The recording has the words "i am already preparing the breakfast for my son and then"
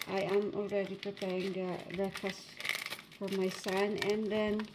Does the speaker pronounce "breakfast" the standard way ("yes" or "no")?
no